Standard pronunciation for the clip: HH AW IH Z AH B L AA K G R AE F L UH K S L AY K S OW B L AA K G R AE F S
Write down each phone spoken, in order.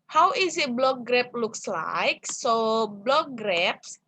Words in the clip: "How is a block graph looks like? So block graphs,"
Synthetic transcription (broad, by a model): HH AW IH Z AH B L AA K G R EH P L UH K S L AY K S OW B L AA K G R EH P S